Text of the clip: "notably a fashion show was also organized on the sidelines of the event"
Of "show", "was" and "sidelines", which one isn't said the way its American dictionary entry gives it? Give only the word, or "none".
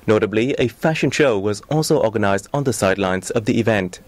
none